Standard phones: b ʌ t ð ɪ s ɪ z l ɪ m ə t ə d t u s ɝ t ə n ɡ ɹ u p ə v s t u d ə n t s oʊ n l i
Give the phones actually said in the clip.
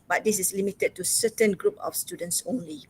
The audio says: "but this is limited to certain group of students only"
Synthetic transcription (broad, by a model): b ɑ t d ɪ s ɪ s l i m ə t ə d t u s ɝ t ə n ɡ ɹ u p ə f s t u d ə n t s oʊ n l i